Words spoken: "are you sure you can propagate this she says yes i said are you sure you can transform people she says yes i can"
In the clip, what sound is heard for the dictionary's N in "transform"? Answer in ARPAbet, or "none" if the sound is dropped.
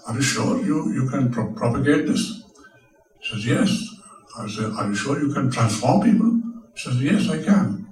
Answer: N